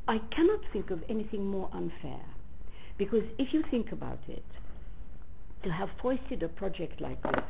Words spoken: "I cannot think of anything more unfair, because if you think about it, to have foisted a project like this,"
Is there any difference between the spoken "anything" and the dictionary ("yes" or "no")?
no